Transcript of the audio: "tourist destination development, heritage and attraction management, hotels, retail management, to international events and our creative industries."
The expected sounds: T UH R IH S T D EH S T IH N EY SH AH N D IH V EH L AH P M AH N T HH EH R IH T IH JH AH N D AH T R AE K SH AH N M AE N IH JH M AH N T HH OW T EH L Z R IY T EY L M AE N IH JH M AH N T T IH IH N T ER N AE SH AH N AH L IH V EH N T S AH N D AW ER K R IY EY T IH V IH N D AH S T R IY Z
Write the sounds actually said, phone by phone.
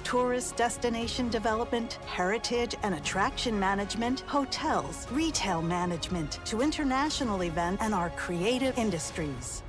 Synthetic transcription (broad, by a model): T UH R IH S D EH S T IH N EY SH AH N D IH V EH L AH P M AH N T HH EH R IH T IH JH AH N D AH T R AE K SH AH N M AE N IH JH M AH N T HH OW T EH L Z R IY T EY L M AE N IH JH M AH N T T IH IH N T ER N AE SH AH N L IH V EH N T AH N AW ER K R IY EY T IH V IH N D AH S T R IY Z